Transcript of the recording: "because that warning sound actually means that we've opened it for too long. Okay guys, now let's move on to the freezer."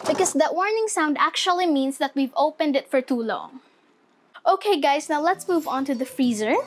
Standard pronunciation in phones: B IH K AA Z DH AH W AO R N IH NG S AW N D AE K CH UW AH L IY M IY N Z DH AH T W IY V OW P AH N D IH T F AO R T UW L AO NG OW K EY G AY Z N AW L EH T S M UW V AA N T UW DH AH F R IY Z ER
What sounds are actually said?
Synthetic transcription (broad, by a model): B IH K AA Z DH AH W AO R N IH NG S AW N D AE K CH UW AH L IY M IY N S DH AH T W IY V OW P AH N D IH T F AO R T UW L AO NG OW K EY G AY S N AW L EH T S M UW V AA N T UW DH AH F R IY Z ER